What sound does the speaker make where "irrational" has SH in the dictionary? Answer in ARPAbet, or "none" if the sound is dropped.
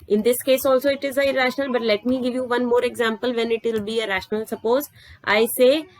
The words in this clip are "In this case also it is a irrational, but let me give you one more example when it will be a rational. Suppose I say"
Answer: SH